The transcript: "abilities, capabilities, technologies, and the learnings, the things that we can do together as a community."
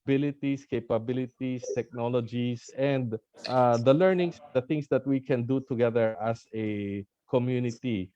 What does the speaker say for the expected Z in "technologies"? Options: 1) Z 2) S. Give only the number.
2